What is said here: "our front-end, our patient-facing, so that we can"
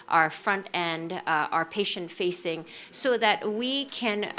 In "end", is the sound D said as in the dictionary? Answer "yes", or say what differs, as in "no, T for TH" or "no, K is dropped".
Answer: yes